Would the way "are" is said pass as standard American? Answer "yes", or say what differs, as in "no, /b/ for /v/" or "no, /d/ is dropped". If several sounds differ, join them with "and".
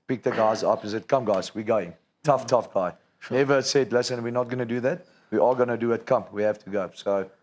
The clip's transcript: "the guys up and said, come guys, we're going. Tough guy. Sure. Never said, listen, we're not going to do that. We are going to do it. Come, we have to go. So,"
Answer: no, /l/ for /ɹ/